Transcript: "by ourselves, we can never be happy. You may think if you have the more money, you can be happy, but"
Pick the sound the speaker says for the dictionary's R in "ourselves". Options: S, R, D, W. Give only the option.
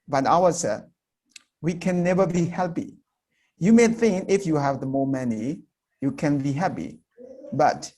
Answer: W